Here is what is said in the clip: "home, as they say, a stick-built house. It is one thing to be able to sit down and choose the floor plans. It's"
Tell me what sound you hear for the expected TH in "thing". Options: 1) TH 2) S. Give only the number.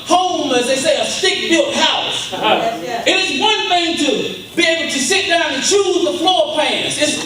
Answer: 1